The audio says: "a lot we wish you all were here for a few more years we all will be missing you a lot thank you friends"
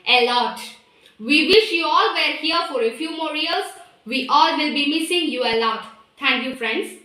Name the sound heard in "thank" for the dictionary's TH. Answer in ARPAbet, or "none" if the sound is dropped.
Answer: T